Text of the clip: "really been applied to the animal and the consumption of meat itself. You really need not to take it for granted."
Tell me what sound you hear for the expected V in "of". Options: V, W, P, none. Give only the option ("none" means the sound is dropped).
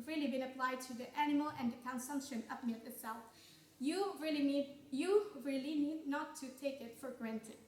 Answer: P